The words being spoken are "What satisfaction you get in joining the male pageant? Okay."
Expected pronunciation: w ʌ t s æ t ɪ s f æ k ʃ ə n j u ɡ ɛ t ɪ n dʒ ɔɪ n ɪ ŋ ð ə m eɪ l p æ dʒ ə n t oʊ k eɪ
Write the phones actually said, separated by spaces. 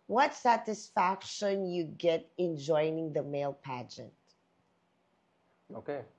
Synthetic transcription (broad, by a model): w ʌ t s æ t ɪ s f æ k ʃ ə n j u ɡ ɛ t ɪ n dʒ ɔɪ n ɪ ŋ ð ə m eɪ l p æ dʒ ə n t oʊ k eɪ